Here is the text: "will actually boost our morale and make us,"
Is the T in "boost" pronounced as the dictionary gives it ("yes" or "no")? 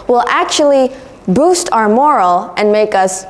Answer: yes